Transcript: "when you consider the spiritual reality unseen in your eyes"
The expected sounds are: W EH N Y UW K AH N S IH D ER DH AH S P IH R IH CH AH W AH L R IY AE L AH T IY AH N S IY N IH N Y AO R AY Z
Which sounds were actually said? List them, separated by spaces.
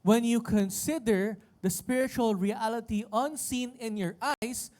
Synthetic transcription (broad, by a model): W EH N Y UW K AH N S IH D ER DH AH S P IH R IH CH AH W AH L R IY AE L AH T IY AH N S IY N IH N Y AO R AY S